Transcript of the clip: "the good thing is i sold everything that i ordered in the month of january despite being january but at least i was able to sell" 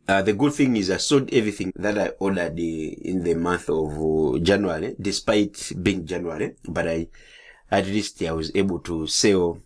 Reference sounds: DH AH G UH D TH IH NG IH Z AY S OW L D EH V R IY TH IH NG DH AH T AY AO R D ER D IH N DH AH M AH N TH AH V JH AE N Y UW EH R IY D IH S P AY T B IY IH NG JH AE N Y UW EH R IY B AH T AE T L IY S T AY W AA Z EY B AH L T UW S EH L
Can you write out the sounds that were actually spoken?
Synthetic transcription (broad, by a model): DH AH G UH D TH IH NG IH Z AY S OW D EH V R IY TH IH NG DH AH T AY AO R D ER D IH N DH AH M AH N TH AH V JH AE N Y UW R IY D IH S P AY T B IY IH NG JH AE N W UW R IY B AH T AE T L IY S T AY W AA Z EY B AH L T UW S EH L